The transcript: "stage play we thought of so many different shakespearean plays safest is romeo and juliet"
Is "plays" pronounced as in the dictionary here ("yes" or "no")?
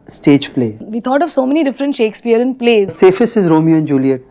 yes